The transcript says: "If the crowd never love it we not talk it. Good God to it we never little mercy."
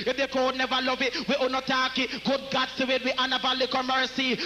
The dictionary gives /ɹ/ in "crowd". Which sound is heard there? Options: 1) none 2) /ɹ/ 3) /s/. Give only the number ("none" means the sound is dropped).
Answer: 1